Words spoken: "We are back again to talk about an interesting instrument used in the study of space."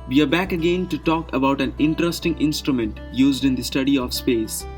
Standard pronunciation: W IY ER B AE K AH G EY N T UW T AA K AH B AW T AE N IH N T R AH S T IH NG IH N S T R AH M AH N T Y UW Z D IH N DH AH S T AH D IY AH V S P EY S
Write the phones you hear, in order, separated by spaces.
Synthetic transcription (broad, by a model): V IY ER B AE K AH G EY N T UW T AA K AH B AW T AE N IH N T R AH S T IH NG IH N S T R AH M AH N T Y UW Z D IH N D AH S T AH D IY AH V S P EY S